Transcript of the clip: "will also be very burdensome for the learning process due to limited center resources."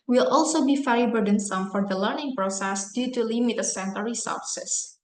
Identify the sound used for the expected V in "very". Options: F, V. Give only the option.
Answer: F